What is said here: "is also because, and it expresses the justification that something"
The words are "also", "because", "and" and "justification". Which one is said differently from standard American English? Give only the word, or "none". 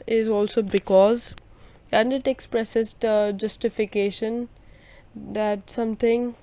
none